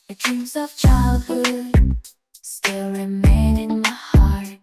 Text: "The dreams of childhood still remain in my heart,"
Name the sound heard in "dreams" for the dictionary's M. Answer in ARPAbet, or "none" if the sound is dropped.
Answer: none